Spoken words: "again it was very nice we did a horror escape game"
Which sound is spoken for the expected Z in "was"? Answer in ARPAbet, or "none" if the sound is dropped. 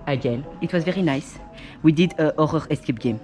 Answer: Z